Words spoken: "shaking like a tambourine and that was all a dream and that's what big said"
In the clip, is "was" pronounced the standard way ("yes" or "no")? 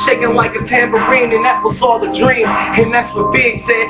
no